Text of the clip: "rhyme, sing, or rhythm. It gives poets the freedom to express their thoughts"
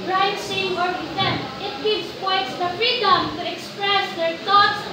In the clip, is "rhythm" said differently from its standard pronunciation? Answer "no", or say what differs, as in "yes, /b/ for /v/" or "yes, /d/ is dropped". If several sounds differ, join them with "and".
yes, /w/ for /ɹ/